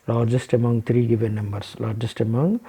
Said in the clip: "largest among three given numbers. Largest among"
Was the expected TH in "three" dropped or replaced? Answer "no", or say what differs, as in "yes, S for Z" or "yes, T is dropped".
yes, T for TH